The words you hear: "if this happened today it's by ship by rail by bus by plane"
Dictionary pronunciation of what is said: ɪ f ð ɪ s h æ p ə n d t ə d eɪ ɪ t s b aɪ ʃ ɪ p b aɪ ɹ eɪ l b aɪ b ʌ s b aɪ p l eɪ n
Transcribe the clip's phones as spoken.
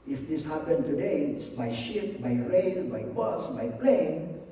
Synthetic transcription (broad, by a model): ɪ f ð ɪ s h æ p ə n t ə d eɪ ɪ t s b aɪ ʃ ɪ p b aɪ ɹ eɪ n b aɪ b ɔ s b aɪ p l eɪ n